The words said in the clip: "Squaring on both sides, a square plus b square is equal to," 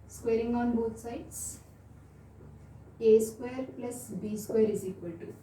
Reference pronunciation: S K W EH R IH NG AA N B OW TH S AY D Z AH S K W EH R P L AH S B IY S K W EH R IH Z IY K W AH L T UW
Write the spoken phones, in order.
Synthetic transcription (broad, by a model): S K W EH R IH NG AA N B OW T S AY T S AH S K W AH R P L AH S B IY S K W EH R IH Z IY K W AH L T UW